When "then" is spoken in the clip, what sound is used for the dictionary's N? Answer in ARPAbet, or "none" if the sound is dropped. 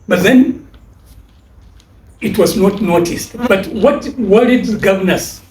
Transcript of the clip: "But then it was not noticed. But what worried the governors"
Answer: N